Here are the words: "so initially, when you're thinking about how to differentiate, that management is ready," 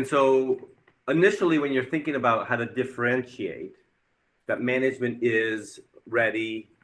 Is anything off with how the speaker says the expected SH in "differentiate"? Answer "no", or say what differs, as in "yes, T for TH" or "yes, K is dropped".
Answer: no